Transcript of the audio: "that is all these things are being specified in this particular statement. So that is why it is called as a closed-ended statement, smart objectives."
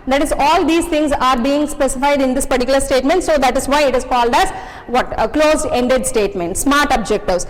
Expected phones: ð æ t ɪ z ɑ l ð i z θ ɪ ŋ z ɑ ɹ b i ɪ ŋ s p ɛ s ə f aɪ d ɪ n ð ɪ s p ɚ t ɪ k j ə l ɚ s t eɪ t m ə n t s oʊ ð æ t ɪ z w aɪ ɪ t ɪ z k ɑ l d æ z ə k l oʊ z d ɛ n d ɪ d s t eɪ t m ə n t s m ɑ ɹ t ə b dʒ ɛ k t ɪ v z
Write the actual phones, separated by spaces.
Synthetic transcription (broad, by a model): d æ t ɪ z ɑ l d i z t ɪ ŋ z ɑ ɹ b i ɪ ŋ s p ɛ s ə f aɪ d ɪ n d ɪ s p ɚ t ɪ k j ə l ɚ s t eɪ t m ə n t s oʊ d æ t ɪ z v aɪ ɪ t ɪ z k ɑ l d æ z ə k l oʊ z ɛ n d ɪ d s t eɪ t m ə n t s m ɑ ɹ t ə b dʒ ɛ k t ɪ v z